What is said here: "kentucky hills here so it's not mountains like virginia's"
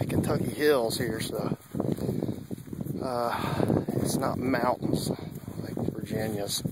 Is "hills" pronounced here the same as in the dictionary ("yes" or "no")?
yes